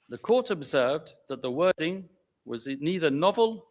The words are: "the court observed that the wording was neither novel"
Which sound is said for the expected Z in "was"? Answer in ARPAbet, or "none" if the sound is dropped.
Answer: Z